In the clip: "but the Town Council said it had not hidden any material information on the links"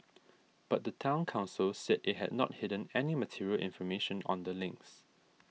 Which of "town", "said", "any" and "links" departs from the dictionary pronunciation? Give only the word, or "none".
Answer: none